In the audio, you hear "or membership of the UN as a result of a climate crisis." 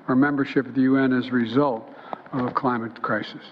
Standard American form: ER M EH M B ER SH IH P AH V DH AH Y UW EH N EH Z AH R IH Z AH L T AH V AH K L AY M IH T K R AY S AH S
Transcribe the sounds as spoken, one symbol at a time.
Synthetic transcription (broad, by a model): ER M EH M B ER SH IH P AH V DH AH Y UW EH N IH Z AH R IH Z AH L T AH V AH K L AY M IH T K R AY S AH S